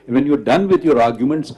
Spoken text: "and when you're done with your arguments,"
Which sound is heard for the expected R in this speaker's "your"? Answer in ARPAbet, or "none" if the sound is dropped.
R